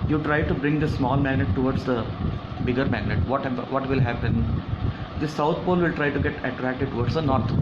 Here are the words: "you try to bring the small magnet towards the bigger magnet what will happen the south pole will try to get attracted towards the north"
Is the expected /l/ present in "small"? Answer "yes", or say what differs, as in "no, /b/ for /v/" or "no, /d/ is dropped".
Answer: yes